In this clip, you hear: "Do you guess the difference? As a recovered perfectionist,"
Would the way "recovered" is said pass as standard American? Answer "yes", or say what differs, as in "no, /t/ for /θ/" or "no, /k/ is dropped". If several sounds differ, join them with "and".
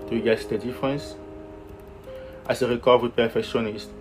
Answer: no, /w/ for /v/